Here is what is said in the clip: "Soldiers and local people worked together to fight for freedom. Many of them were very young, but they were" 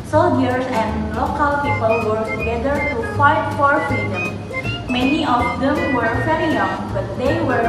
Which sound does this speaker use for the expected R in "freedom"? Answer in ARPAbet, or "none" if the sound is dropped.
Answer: none